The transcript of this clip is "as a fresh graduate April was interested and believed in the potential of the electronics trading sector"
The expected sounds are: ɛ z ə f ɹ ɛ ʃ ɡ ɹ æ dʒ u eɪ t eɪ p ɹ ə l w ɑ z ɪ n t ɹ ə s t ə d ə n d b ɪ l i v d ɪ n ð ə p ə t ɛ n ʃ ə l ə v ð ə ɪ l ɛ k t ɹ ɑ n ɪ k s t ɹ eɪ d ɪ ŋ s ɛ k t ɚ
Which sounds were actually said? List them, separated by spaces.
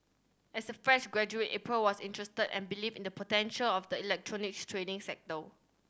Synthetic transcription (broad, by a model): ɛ s ə f ɹ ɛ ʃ ɡ ɹ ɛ dʒ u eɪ t eɪ p ɹ ə l w ɑ s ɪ n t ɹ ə s t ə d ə n b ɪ l i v ɪ n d ə p ə t ɛ n ʃ ə l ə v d ə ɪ l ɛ k t ɹ ɑ n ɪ k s t ɹ eɪ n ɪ ŋ s ɛ k t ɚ